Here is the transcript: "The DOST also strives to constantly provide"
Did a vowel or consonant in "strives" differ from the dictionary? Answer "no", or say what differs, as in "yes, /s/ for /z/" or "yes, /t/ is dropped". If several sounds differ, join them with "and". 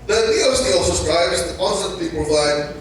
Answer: yes, /b/ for /v/